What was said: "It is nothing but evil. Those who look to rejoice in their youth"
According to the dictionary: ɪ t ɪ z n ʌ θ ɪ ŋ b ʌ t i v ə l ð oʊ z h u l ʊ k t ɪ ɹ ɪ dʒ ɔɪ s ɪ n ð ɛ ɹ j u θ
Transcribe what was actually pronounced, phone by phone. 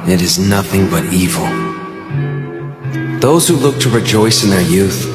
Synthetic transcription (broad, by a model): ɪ t ɪ z n ʌ θ ɪ ŋ b ʌ t i v l ð oʊ z h u l ʊ k t ɪ ɹ ɪ dʒ ɔɪ s ɪ n ð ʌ ɹ j u θ